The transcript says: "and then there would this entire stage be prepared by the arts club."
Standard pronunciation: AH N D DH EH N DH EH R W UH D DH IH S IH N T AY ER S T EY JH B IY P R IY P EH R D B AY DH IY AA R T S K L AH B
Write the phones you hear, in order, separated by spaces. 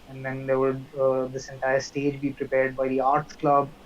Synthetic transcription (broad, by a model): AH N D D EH N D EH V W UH D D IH S IH N T AY ER S T EY JH B IY P R IY P EH R D B AY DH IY AA R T K L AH B